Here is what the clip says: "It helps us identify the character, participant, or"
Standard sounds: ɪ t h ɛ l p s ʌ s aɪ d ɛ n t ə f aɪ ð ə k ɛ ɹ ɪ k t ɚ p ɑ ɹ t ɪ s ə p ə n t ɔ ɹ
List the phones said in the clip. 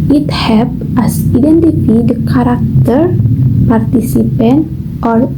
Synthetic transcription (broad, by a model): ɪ t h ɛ p ʌ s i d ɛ n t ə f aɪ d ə k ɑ ɹ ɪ k t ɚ p ɑ ɹ t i s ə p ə n t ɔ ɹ